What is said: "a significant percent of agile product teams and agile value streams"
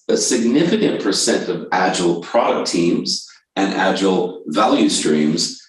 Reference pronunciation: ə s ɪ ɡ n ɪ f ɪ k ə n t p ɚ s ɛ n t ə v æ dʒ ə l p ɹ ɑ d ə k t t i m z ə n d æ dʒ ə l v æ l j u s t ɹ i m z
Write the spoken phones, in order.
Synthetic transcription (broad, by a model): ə s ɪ ɡ n ɪ f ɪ k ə n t p ɚ s ɛ n t ə v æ dʒ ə l p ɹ ɑ d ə k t t i m z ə n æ dʒ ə l v æ l j u s t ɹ i m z